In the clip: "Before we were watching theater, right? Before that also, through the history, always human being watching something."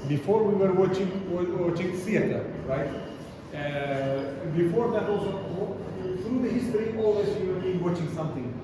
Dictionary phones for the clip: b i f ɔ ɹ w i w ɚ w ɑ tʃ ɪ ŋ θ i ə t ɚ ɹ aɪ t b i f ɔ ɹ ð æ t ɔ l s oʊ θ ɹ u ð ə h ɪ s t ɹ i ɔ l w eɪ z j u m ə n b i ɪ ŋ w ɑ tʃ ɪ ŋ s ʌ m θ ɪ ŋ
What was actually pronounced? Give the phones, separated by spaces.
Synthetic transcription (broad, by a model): b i f ɔ ɹ w i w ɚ w ɑ tʃ ɪ ŋ s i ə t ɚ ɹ aɪ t b i f ɔ ɹ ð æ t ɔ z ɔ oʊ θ ɹ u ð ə h ɪ s t ɹ i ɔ l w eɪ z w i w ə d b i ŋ w ɑ tʃ ɪ ŋ s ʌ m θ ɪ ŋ